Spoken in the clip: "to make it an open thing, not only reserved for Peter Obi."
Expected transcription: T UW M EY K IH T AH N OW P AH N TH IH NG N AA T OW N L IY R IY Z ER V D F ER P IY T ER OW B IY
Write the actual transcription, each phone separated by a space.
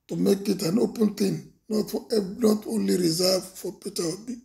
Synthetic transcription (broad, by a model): T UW M EY K IH T AH N OW P AH N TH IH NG N AA T OW N L IY R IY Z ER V F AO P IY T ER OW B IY